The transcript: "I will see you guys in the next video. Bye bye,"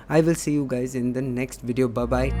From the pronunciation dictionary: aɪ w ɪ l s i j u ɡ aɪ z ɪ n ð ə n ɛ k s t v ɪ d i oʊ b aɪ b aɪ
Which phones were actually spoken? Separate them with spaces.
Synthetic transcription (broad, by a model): aɪ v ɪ l s i j u ɡ aɪ z ɪ n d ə n ɛ k s t v ɪ d i oʊ b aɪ b aɪ